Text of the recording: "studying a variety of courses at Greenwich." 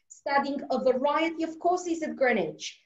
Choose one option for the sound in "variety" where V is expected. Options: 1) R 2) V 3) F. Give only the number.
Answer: 2